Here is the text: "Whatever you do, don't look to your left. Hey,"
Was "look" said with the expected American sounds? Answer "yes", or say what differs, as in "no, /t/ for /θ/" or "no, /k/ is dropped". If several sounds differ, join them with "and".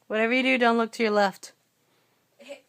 yes